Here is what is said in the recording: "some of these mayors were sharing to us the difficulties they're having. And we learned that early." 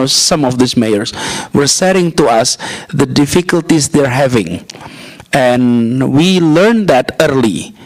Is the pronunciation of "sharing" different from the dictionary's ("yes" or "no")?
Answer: yes